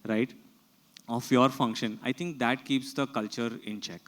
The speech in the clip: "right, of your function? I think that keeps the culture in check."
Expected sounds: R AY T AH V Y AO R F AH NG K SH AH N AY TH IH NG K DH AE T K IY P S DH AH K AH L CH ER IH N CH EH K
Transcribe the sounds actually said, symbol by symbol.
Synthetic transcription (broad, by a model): R AY T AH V Y AO R F AH NG K SH AH N AY T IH NG K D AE T K IY P S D AH K AH L CH ER IH N CH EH K